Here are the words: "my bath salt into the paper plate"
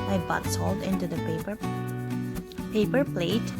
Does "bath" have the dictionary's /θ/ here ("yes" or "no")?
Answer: no